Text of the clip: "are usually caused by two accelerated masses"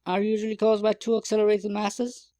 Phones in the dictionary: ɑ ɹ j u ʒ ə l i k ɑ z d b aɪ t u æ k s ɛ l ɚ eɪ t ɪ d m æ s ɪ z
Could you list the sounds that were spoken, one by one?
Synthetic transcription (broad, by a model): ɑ ɹ j u ʒ ə l i k ɑ z d b aɪ t u æ k s ɛ l ɚ eɪ t ɪ d m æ s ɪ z